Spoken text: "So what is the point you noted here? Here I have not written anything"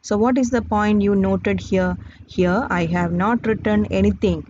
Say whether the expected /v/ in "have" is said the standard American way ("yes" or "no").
yes